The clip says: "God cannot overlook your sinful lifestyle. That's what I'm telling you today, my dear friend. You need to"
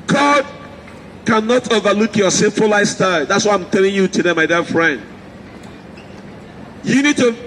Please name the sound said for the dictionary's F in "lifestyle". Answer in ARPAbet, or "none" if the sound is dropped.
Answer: none